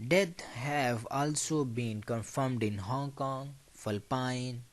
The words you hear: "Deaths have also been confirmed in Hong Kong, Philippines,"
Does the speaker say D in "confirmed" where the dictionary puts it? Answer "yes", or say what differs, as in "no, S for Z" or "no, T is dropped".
yes